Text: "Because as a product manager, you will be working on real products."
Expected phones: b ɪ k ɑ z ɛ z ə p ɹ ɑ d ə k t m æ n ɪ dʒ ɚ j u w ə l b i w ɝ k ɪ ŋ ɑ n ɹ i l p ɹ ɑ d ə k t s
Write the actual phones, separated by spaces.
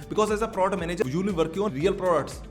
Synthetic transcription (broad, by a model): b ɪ k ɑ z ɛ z ə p ɹ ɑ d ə t m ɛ n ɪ dʒ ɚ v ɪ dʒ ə l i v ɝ k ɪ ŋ ɑ n ɹ i l p ɹ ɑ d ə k t s